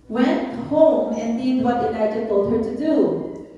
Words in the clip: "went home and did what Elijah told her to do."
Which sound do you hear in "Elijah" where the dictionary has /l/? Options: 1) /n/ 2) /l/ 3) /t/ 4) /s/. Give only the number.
1